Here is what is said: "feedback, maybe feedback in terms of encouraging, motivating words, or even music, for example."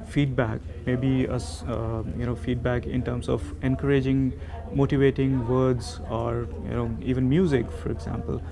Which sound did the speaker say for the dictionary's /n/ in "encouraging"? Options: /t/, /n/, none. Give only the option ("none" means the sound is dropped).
/n/